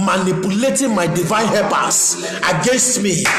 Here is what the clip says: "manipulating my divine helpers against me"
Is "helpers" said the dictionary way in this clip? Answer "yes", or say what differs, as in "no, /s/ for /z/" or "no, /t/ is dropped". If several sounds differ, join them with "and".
no, /l/ is dropped